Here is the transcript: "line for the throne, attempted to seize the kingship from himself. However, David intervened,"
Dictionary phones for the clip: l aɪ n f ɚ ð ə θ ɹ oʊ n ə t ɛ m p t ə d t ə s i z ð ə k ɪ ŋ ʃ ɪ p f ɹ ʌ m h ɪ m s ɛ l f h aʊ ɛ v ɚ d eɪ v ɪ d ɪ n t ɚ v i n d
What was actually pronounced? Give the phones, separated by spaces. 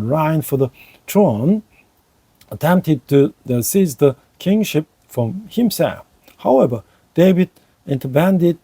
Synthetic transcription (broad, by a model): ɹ aɪ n f ɚ ð ə t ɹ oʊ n ə t ɛ m p t ə d t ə s i z ð ə k ɪ ŋ ʃ ɪ p f ɹ ʌ m h ɪ m s ɛ l f h aʊ ɛ v ɚ d eɪ v ɪ d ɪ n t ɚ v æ n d